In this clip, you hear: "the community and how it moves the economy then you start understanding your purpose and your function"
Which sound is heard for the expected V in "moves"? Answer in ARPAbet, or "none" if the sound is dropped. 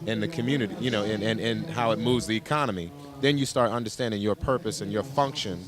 V